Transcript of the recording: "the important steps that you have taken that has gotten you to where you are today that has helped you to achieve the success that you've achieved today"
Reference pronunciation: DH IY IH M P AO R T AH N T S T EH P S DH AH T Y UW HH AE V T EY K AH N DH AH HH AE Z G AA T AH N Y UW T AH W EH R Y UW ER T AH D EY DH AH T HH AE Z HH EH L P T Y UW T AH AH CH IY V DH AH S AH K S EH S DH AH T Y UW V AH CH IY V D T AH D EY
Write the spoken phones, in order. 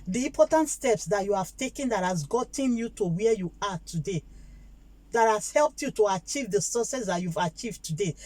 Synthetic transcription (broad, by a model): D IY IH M P AO T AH N T S T EH P S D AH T Y UW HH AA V T EY K AH N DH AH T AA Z G AA T AH N Y UW T AH W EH Y UW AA T AH D EY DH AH T HH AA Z HH EH L P T Y UW T AH AH CH IY V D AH S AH S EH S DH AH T Y UW V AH CH IY V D T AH D EY